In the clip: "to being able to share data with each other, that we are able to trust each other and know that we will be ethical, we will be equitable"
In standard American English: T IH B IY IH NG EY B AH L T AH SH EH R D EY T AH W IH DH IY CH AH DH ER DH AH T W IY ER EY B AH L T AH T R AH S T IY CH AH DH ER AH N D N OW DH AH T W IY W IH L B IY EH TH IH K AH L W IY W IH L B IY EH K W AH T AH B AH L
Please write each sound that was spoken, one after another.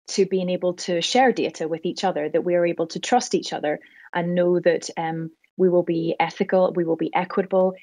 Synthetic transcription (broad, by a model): T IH B IY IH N EY B AH L T AH SH EH R D EY T AH W IH DH IY CH AH DH ER DH AH T W IY ER EY B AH L T AH T R AH S T IY CH AH DH ER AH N N OW DH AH T W IY W IH L B IY EH TH IH K AH L W IY W IH L B IY EH K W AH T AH B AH L